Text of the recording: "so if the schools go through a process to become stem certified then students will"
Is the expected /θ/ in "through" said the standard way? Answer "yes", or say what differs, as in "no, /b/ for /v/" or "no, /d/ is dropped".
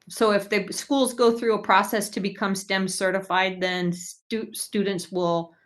yes